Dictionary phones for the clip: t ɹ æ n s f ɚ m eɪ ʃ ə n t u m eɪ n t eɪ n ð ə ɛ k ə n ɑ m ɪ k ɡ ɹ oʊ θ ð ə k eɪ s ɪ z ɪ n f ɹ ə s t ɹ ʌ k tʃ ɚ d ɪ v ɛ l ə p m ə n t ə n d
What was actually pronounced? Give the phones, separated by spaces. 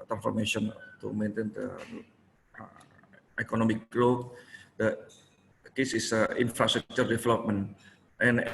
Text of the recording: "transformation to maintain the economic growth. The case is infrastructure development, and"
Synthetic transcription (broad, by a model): t ɹ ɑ n s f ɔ m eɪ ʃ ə n t u m eɪ n t eɪ n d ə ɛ k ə n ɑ m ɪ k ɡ l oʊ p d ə k eɪ s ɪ s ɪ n f ɹ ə s t ɹ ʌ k tʃ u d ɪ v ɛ l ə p m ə n t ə n